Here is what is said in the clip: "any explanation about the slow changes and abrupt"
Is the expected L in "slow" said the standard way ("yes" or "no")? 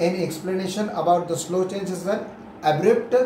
yes